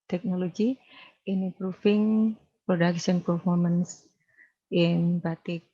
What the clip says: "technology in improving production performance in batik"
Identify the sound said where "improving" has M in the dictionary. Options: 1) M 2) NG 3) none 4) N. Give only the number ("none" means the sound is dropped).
3